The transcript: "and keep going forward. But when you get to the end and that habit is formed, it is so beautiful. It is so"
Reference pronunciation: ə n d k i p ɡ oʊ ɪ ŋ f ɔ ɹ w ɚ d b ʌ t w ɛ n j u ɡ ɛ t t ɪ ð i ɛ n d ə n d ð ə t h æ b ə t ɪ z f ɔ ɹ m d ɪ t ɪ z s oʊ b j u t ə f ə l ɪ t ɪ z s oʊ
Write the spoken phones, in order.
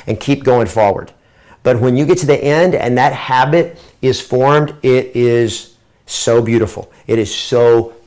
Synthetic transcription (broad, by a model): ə n k i p ɡ oʊ ɪ ŋ f ɔ ɹ w ɚ d b ʌ t w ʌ n j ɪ ɡ ɛ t t ɪ ð i ɛ n d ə n ð ə t h æ b ə t ɪ z f ɔ ɹ m d ɪ t ɪ z s oʊ b j u t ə f l ɪ t ɪ z s oʊ